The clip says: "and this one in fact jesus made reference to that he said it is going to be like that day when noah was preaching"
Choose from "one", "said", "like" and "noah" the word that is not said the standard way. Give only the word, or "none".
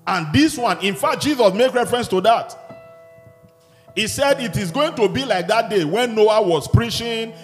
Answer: none